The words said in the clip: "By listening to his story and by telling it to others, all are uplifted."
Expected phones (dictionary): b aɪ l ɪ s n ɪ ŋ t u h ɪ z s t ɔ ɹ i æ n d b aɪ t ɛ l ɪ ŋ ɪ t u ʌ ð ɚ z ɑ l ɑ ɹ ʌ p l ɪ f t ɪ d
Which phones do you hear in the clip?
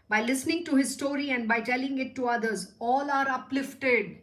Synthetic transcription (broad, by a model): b aɪ l ɪ s n ɪ ŋ t u h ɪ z s t ɔ ɹ i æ n d b aɪ t ɛ l ɪ ŋ ɪ t u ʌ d ɚ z ɑ l ɑ ɹ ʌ p l ɪ f t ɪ d